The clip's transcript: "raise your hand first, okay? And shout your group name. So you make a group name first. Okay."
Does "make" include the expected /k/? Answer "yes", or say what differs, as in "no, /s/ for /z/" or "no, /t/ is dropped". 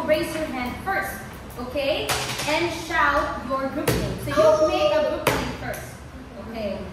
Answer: no, /k/ is dropped